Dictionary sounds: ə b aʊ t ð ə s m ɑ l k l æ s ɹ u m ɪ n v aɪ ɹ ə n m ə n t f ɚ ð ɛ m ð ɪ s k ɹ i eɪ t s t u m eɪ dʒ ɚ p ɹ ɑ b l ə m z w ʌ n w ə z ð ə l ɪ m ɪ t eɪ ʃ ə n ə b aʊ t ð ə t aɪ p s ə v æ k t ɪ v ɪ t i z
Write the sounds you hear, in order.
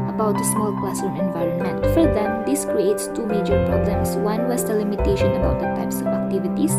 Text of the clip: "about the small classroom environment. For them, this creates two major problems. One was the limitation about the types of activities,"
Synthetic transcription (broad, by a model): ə b aʊ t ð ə s m ɑ l k l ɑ s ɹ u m ɪ n v aɪ ɹ ə n m ə n t f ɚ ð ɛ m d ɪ s k ɹ i eɪ t s t u m eɪ dʒ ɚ p ɹ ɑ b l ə m s w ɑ n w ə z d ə l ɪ m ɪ t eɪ ʃ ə n ə b aʊ t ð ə t aɪ p s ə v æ k t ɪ v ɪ t i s